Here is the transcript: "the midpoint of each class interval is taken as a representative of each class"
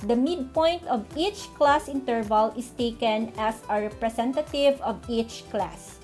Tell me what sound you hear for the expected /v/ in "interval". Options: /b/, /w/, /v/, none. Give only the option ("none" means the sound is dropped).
/v/